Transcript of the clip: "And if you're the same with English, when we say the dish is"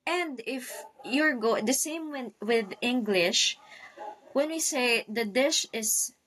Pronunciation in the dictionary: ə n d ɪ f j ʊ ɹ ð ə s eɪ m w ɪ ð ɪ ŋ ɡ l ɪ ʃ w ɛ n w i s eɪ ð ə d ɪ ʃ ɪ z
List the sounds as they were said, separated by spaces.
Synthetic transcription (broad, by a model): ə n d ɪ f j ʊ ɹ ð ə s eɪ m w ɪ ð ɪ ŋ ɡ l ɪ ʃ w ɛ n w i s eɪ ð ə d ɪ ʃ ɪ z